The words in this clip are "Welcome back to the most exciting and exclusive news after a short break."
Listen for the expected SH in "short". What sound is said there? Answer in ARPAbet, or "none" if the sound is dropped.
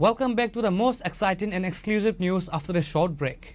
SH